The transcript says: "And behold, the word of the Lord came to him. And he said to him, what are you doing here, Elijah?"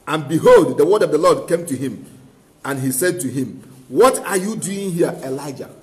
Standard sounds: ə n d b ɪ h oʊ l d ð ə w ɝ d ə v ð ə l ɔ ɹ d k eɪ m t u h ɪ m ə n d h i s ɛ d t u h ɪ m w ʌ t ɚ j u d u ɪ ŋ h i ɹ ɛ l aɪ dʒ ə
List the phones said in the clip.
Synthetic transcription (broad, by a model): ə n b ɪ h oʊ l d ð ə w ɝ d ə v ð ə l ɔ d k eɪ m t u h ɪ m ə n h i s ɛ d t u h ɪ m w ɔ t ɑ j u d u ɪ ŋ h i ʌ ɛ l aɪ dʒ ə